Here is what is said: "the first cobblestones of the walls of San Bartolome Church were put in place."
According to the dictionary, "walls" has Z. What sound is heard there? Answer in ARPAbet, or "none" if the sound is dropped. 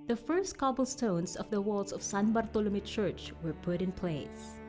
S